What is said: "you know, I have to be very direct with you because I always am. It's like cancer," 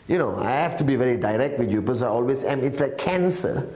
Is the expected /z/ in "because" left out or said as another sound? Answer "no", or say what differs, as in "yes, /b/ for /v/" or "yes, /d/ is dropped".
yes, /z/ is dropped